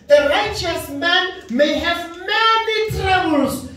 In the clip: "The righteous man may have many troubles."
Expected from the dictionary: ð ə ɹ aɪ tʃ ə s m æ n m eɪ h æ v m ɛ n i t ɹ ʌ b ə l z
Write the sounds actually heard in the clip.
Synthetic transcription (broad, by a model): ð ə ɹ aɪ tʃ ə s m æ n m eɪ h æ v m ɛ n i t ɹ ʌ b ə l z